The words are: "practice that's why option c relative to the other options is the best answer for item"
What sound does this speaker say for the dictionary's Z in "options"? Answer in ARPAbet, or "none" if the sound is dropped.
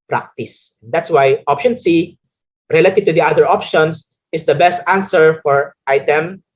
S